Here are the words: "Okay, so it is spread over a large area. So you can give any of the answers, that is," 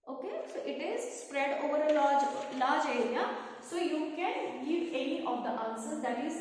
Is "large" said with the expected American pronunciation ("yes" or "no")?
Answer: no